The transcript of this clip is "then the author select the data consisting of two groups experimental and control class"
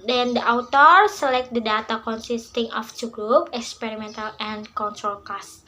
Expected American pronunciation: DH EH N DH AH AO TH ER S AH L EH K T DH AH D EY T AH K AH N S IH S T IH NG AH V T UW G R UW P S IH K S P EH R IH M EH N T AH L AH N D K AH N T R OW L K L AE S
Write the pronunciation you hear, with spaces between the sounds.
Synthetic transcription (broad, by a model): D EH N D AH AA T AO S AH L EH K T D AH D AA T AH K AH N S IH S T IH NG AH F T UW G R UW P IH K S P EH R IH M EH N T AH L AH N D K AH N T R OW L K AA S